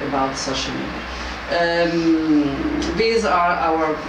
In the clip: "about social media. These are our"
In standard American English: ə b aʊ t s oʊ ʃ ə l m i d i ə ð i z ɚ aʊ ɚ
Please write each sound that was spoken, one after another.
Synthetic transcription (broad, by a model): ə b aʊ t s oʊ ʃ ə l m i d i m ð i z ɚ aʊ ɚ